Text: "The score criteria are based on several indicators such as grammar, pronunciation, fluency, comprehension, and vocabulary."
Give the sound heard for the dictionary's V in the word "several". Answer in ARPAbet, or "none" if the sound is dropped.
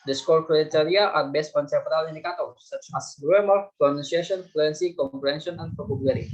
P